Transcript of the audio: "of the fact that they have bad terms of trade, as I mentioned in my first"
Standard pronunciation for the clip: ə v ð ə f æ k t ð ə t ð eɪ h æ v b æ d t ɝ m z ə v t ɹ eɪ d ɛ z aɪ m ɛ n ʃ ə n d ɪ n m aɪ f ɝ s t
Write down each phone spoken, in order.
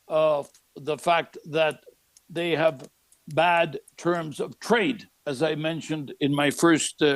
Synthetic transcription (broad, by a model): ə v ð ə f æ k t ð ə t ð eɪ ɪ v b æ d t ɝ m z ə v t ɹ eɪ d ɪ z aɪ m ɛ n ʃ ə n d ɪ n m aɪ f ɝ s t